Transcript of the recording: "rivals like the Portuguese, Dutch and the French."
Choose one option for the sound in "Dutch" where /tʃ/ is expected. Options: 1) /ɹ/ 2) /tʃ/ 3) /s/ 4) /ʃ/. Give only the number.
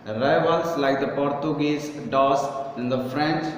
3